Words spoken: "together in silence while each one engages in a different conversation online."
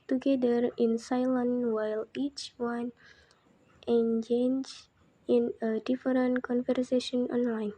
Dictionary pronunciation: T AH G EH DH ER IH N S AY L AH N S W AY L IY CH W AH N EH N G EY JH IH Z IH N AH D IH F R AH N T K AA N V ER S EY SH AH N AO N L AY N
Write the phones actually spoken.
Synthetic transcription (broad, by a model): T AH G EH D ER IH N S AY L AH N W AY L IY CH W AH N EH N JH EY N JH IH N AH D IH F R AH N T K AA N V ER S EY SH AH N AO N L AY N